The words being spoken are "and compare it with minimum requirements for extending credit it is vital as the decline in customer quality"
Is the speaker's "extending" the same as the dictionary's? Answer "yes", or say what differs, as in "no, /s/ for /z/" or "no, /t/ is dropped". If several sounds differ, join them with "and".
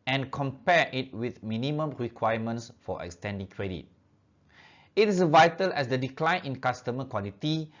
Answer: yes